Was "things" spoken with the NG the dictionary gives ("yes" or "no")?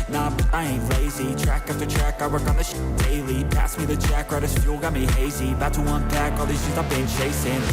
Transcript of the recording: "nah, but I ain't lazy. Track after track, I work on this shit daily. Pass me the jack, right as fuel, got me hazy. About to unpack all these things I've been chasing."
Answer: no